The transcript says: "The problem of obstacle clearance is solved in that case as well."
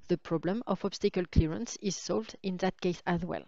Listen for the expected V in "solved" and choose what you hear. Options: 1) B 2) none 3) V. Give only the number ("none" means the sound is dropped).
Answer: 3